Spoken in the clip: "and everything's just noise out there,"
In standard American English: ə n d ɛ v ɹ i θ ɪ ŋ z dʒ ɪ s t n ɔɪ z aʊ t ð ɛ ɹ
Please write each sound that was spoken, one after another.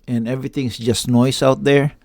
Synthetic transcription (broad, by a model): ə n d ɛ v ɹ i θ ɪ ŋ s dʒ ɪ s t n ɔɪ s aʊ t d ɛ ɹ